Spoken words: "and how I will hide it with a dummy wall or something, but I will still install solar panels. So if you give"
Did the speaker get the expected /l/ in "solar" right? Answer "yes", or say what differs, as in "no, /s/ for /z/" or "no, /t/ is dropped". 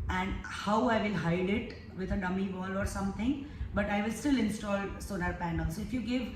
no, /n/ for /l/